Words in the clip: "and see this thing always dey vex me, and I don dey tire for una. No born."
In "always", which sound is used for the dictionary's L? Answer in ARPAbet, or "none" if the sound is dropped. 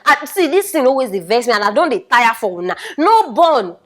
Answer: none